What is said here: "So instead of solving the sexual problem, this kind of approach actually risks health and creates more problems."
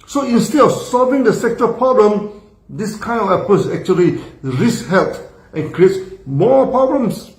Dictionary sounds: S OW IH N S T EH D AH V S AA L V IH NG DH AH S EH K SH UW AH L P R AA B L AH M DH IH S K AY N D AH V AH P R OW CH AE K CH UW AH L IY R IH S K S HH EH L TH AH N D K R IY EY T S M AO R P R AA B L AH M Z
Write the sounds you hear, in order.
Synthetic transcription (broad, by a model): S OW IH N S T EH D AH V S AA L V IH NG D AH S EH K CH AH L P R AA B L AH M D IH S K AY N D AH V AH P OW S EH K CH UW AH L IY R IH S S HH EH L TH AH N K R IY EY T S M AO P R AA B L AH M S